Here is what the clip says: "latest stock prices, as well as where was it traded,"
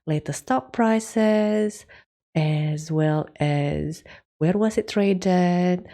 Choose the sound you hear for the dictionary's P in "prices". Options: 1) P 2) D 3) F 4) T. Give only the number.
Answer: 1